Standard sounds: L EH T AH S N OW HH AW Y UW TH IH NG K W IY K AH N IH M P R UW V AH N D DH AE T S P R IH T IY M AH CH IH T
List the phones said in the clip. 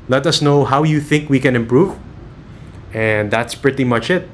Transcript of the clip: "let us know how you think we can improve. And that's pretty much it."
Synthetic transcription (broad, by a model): L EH T AH S N OW HH AW Y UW TH IH NG K W IY K AH N IH M P R UW V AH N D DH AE T S P R IH T IY M AH CH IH T